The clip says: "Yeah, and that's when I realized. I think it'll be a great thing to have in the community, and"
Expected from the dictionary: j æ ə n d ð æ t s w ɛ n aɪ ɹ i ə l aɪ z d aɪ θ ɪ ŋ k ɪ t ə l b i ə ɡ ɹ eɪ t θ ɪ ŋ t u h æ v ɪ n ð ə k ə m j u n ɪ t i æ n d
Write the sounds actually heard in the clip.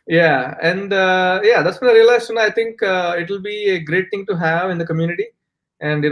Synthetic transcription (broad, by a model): j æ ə n d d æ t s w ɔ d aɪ ɹ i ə l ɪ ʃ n aɪ t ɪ ŋ k ɪ t ə l b i ə ɡ ɹ eɪ t t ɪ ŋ t u h æ v ɪ n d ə k ə m j u n ɪ t i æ n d